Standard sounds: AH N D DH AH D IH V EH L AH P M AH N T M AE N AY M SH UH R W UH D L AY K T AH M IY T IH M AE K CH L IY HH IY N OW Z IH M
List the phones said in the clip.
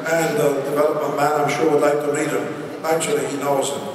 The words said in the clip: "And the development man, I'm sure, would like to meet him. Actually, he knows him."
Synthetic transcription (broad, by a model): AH N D DH AH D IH V EH L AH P M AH N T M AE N AY M SH UH R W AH D L AY K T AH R IY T IH M AE K CH L IY HH IY N OW Z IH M